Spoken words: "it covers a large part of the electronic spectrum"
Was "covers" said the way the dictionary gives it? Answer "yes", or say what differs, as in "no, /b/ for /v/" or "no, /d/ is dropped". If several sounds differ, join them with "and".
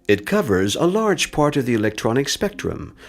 yes